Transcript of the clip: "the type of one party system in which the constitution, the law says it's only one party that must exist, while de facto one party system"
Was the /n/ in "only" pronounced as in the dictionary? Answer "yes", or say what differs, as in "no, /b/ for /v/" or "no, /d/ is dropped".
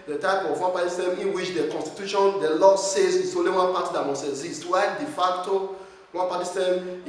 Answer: no, /n/ is dropped